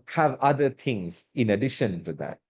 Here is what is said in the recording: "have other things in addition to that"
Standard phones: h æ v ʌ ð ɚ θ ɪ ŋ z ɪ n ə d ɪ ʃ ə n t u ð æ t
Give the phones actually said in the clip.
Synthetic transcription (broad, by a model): h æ v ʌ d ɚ t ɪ ŋ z ɪ n ə d ɪ ʃ ə n t u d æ t